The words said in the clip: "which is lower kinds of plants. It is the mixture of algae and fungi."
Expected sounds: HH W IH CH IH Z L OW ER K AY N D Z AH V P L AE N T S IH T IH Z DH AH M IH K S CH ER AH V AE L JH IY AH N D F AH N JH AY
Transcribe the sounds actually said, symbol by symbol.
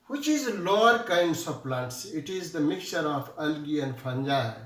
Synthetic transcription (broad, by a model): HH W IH CH IH Z L OW ER K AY N D S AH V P L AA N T S IH T IH Z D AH M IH K CH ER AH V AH L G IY AH N D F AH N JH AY